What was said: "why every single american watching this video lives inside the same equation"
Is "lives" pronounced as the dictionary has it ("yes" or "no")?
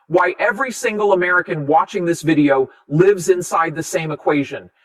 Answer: yes